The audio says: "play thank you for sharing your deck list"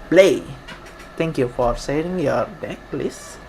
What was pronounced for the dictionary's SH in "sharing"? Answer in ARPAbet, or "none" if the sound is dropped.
S